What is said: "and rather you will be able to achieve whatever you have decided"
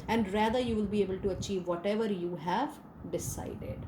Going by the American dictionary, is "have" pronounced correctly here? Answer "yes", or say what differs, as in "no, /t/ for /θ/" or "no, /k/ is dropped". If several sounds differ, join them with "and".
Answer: yes